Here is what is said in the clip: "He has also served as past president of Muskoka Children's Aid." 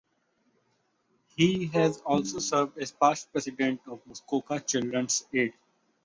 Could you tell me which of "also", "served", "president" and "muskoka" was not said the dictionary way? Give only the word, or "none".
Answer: president